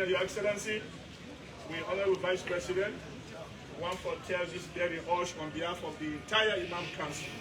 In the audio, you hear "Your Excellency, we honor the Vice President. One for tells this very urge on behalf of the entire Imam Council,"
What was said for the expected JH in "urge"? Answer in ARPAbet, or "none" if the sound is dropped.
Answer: SH